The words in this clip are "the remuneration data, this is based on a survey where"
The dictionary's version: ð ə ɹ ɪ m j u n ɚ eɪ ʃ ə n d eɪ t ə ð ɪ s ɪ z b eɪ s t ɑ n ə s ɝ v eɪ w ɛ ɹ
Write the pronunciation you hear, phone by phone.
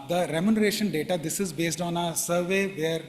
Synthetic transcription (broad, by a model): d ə ɹ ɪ m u n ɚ eɪ ʃ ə n d eɪ t ə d ɪ s ɪ z b eɪ s t ɑ n ə s ɝ v eɪ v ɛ ɹ